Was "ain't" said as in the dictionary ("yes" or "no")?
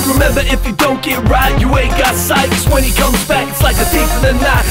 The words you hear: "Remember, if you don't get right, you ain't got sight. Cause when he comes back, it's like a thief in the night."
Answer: no